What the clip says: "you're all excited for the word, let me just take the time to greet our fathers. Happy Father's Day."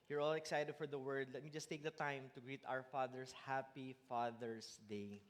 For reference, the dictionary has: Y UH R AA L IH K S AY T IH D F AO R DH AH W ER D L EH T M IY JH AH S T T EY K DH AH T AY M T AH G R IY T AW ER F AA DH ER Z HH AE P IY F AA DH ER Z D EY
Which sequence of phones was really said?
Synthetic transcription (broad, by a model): Y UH R AA L IH K S AY T IH D F AO R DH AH W ER D L EH T M IY JH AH S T T EY K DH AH T AY M T AH G R IY T AW ER F AA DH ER S HH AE P IY F AA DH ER S D EY